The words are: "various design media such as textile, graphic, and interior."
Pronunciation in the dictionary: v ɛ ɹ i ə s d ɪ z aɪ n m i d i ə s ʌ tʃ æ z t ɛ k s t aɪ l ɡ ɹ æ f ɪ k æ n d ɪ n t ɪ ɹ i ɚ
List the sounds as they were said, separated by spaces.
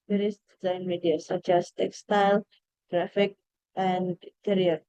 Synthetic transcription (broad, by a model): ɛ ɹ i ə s d ɪ z aɪ n m i d i ə s ʌ tʃ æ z t ɛ k s t aɪ l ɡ ɹ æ f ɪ k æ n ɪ n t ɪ ɹ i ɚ